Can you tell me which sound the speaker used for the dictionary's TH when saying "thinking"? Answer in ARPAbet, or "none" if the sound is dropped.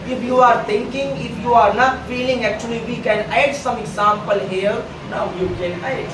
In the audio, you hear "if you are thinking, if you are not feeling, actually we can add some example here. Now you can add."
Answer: T